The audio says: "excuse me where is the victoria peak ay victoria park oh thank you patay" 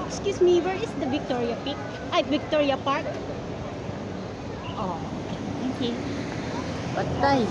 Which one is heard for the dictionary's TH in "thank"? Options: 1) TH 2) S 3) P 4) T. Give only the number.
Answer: 4